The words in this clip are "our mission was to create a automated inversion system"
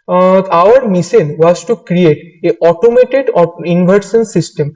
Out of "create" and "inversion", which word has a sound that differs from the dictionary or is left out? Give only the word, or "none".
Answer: inversion